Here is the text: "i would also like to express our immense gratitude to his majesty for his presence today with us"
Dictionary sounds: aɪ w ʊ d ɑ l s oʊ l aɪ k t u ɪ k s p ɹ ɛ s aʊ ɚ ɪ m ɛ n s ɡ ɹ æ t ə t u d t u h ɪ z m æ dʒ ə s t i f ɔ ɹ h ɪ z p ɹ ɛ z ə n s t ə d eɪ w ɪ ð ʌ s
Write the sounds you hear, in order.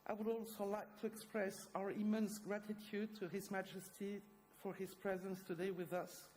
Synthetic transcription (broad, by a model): aɪ w ʊ d ɑ l s oʊ l aɪ k t u ɪ k s p ɹ ɛ s aʊ ɚ ɪ m ɛ n s ɡ ɹ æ t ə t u d t u h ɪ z m æ dʒ ə s t i f ɔ ɹ h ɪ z p ɹ ɛ z ə n s t ə d eɪ w ɪ ð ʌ s